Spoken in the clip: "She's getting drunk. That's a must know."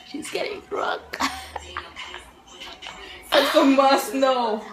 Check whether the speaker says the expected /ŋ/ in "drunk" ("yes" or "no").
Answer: no